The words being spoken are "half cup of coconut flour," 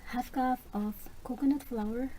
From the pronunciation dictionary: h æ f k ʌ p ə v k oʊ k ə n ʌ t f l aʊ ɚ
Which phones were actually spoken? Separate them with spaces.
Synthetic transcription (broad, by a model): h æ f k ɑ f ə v k oʊ k ə n ʌ t f l aʊ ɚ